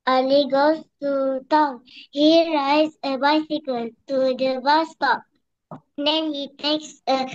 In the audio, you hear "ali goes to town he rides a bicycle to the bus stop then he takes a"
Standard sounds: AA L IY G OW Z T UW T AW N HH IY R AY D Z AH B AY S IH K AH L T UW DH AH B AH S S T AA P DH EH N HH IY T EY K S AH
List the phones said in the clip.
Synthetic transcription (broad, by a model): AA L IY G OW S T UW T AW N HH IY R AY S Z AH B AY S IH K AH L T UW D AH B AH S S T AA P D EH N HH IY T EY K S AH